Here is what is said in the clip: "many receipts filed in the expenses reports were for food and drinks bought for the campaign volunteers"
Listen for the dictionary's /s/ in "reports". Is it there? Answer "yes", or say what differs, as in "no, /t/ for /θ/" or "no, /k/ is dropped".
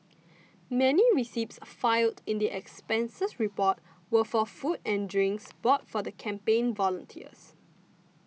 no, /s/ is dropped